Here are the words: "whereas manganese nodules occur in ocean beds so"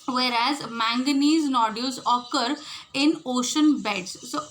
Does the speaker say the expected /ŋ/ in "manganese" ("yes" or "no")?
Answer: yes